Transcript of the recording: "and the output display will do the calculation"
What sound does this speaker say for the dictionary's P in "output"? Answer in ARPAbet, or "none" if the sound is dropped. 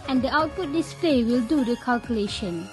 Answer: P